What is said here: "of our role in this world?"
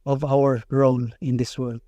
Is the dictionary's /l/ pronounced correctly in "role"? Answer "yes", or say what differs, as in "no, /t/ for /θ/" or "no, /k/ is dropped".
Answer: no, /n/ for /l/